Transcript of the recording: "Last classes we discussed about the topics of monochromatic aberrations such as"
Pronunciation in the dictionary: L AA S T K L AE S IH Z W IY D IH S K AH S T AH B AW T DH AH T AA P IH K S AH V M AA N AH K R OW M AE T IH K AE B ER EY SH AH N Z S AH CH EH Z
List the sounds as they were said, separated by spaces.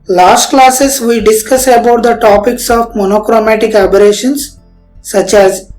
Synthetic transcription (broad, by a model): L AA S T K L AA S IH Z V IY D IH S K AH S AH B AW T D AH T AA P IH K S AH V M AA N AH K R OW M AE T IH K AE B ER EY SH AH N S AH CH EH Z